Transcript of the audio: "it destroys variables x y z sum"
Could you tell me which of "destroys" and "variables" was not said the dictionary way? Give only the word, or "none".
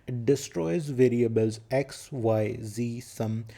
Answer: none